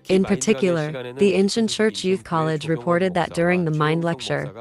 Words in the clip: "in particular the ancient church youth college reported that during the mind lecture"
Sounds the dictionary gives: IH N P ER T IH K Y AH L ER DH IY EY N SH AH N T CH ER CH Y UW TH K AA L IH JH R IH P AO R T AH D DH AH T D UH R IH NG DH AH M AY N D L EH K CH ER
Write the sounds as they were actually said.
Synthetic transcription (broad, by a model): IH N P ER T IH K Y L ER DH IY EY N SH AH N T CH ER CH Y UW TH K AA L IH JH R IH P AO R T AH D DH AH T D UH R IH NG DH AH M AY N D L EH K CH ER